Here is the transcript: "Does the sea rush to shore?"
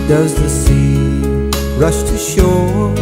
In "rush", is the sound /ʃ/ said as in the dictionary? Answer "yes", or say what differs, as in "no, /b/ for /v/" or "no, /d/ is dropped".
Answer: yes